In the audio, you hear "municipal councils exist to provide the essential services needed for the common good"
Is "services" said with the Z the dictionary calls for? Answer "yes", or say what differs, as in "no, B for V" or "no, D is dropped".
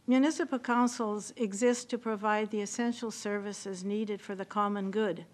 yes